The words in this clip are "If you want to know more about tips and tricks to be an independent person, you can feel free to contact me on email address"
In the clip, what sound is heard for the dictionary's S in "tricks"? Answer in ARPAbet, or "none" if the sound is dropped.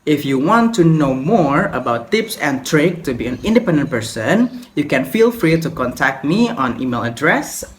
none